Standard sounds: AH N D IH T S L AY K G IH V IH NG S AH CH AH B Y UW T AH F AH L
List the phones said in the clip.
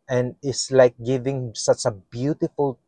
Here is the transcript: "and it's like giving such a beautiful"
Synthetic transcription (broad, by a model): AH N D IH T S L AY K G IH V IH NG S AH CH AH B Y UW T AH F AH L